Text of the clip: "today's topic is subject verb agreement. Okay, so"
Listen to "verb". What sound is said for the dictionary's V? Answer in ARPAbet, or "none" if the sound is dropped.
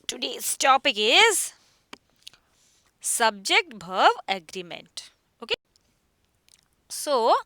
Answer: B